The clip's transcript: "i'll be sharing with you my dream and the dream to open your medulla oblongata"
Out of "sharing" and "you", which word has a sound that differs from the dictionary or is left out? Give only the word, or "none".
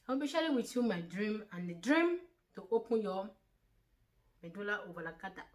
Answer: sharing